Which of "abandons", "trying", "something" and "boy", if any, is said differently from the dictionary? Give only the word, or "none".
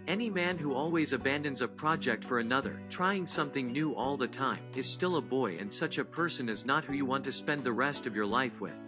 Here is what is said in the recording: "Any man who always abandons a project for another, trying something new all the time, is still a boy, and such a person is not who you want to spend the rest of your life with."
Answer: none